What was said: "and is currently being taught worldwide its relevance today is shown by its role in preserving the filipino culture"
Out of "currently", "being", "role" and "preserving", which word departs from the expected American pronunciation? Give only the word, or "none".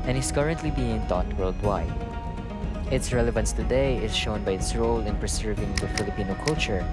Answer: preserving